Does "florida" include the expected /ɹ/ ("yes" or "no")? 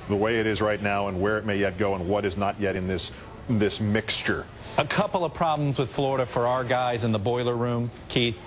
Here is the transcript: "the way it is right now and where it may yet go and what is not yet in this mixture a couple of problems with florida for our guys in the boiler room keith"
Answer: yes